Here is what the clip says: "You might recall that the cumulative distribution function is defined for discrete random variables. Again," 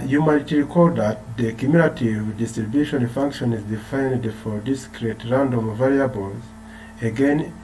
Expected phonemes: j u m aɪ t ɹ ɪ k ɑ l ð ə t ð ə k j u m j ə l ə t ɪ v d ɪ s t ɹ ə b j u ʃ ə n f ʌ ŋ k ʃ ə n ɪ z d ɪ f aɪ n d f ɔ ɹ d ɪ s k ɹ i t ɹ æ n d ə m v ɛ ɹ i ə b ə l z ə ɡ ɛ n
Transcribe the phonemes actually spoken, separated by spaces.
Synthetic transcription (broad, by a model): j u m aɪ t ɹ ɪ k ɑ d ð ə t ð ə k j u m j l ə t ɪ v d ɪ s t ɹ ə b j u ʃ ə n f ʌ ŋ k ʃ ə n ɪ z d ɪ f aɪ n d f ɔ ɹ d ɪ s k ɹ i t ɹ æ n d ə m v ɛ ɹ i ə b ə l z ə ɡ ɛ n